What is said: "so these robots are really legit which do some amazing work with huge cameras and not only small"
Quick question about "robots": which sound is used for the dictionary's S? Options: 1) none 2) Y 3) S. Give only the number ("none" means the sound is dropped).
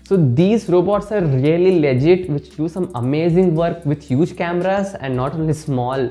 3